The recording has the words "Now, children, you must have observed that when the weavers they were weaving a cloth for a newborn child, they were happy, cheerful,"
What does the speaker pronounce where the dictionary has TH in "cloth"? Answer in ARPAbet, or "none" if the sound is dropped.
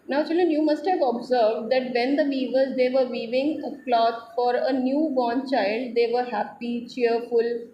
T